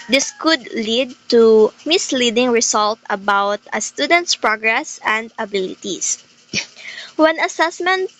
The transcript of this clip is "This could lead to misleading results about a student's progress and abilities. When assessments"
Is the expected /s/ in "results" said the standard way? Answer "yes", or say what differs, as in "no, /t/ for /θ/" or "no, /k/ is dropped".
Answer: no, /s/ is dropped